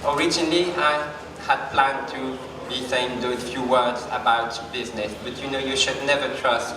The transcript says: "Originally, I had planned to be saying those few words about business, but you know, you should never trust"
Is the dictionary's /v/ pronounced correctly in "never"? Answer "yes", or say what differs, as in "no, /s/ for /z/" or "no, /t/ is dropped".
yes